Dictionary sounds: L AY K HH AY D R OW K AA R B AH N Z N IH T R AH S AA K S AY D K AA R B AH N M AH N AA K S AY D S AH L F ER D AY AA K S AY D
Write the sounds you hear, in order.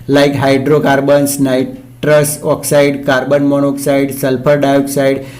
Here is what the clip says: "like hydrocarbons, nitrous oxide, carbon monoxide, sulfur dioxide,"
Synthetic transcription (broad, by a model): L AY K HH AY D R OW K AA R B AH N S N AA T R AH S AA K S AY D K AA R B AH N M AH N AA K S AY D S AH L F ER D AY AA K S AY D